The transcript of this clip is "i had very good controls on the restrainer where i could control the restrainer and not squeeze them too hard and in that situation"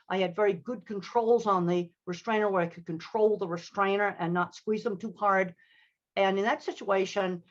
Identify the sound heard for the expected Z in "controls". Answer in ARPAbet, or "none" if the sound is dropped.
Z